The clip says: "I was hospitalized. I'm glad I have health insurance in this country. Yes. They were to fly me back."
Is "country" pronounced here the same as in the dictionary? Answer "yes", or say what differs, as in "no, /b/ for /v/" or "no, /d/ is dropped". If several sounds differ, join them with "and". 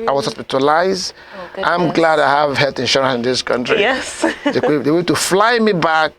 yes